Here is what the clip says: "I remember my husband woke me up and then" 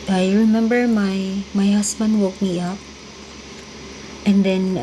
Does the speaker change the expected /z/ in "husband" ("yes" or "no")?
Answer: yes